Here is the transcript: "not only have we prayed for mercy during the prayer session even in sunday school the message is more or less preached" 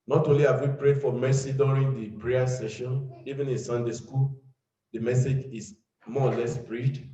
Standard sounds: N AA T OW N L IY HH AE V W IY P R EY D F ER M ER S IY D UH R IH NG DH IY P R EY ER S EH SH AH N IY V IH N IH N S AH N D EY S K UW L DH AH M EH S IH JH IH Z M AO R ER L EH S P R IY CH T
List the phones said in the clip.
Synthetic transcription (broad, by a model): N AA T OW N L IY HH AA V W IY P R EY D F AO M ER S IY D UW R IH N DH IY P R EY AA S EH SH AH N IY V IH N IH N S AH N D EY S K UW L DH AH M EH S IH JH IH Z M AO L EH S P R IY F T